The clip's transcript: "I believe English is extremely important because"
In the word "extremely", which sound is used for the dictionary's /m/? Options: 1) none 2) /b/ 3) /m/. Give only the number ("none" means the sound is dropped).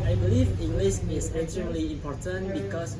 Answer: 1